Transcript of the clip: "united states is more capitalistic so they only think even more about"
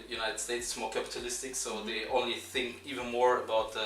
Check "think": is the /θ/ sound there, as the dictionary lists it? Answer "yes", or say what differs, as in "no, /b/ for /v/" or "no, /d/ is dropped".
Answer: yes